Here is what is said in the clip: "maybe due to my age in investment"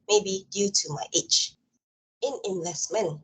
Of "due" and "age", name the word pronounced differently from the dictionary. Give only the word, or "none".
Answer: age